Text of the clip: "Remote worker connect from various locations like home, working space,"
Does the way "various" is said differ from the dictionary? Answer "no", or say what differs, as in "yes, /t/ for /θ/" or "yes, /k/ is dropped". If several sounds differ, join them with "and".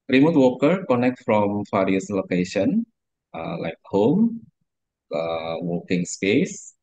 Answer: yes, /f/ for /v/